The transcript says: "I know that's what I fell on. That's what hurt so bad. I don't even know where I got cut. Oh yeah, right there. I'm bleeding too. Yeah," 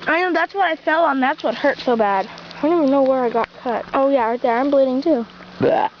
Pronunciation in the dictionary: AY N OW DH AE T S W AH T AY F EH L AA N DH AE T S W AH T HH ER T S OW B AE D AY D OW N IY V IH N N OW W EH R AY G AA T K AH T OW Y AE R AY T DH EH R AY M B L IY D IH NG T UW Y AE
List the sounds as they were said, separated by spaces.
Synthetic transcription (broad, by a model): AY N OW DH AE T S W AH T AY F EH L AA N DH AE T S W AH T HH ER T S OW B AE D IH D OW N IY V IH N N OW W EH R AY G AA T K AH T OW Y AE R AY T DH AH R AY M B L IY D IH NG T UW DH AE